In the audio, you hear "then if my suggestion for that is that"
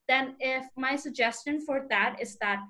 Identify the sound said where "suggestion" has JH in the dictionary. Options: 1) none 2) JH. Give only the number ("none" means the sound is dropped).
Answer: 2